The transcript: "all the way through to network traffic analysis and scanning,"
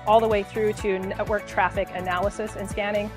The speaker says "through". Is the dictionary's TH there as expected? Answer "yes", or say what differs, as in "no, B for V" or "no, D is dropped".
yes